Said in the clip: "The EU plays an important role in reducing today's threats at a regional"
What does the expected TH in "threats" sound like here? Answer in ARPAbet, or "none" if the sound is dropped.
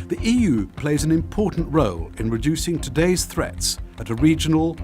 TH